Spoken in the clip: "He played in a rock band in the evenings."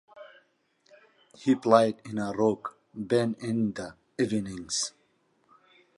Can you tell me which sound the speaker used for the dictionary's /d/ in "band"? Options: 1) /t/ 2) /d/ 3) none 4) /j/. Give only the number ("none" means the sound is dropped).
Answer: 3